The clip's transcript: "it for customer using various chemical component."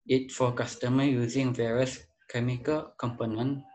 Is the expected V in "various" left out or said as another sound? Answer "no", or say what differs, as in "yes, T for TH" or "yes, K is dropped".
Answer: no